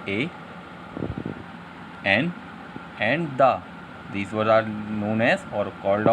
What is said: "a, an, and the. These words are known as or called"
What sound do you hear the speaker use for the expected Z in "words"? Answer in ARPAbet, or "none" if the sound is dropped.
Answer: none